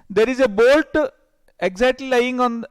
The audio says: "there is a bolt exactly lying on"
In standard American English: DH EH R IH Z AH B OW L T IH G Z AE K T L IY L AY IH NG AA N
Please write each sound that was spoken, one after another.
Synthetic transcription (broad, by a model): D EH R IH Z AH B OW L T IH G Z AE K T L IY L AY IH NG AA N